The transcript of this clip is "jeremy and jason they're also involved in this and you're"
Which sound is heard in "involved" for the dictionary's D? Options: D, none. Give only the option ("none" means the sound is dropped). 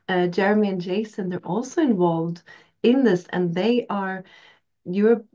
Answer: D